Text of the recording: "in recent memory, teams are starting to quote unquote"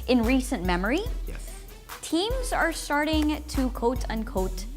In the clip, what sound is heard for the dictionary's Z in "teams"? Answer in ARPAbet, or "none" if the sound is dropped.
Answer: Z